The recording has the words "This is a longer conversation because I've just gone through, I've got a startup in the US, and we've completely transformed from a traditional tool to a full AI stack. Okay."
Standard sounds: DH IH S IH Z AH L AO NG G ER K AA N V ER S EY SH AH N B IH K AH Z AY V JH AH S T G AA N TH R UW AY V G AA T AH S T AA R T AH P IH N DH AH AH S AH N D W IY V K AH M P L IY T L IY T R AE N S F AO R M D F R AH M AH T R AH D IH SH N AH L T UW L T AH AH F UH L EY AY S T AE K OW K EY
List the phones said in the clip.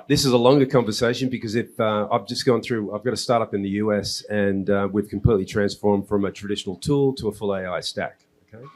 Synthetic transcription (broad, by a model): DH IH S IH Z AH L AO NG G ER K AA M V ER S EY SH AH N B IH K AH Z AY V JH AH S G AA N TH R UW AY V G AA T AH S T AA R T AH P IH N DH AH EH S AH N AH W IY V K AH M P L IY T L IY T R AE N S F AO R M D F R AH M AH T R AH D IH SH N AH L T UW L T AH AH F UH L EY AY S T AE K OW K EY